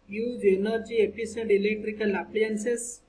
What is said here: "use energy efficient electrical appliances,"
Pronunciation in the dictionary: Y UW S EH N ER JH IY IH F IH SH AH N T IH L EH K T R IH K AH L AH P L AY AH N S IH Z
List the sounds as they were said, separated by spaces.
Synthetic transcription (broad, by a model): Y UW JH EH N ER JH IY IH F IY S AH N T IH L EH K T R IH K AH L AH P L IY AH N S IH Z